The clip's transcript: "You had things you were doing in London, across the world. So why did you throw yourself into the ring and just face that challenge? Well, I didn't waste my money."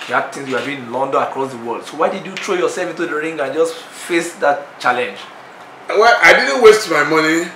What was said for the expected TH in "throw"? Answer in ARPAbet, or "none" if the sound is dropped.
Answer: T